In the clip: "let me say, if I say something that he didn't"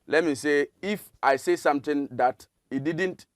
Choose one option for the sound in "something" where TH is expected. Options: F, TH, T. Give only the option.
T